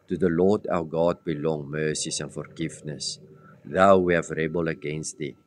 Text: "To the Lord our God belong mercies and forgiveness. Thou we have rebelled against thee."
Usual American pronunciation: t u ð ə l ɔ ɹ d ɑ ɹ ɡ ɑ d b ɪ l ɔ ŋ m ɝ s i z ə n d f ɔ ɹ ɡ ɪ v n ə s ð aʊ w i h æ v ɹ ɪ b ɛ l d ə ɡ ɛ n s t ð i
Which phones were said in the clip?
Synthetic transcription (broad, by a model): t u ð ə l ɔ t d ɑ w ɡ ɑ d b ɪ l ɔ ŋ m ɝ s i s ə n f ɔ ɹ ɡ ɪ f n ə s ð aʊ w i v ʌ ɹ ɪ b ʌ l ə ɡ ɛ n s t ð i